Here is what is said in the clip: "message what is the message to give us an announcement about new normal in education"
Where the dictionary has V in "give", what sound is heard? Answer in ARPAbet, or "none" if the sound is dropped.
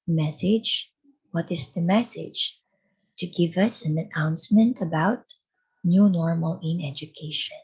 V